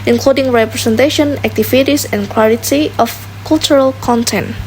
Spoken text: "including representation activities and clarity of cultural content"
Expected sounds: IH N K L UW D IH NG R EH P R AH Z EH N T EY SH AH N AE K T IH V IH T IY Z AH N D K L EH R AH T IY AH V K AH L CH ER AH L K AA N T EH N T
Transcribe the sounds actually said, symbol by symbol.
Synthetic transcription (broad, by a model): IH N K L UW D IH NG R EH P R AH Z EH N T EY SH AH N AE K T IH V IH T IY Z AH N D K W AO L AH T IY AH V K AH L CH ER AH L K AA N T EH N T